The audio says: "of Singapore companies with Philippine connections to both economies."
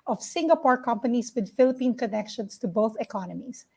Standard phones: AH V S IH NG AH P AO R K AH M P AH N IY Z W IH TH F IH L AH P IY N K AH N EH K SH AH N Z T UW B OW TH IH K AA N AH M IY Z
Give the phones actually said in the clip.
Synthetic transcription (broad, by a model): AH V S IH NG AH P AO R K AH M P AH N IY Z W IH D F IH L AH P IY N K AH N EH K SH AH N S T UW B OW TH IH K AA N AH M IY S